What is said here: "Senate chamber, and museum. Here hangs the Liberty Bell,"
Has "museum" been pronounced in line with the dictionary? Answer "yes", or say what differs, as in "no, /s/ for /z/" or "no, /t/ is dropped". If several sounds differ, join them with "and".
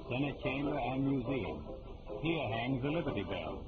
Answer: yes